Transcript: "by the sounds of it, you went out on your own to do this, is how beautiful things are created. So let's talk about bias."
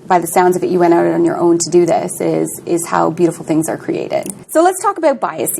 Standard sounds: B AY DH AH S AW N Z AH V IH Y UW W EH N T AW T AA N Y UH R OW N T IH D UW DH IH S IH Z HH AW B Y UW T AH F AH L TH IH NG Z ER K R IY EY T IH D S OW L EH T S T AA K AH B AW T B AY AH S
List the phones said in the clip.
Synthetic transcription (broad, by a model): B AY DH AH S AW N Z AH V IH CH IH W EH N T AW T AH N Y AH R OW N T IH D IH DH IH S IH Z HH AW B Y UW T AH F L TH IH NG Z ER K R IY EY T IH D S OW L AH T S T AA K AH B AW T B AY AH S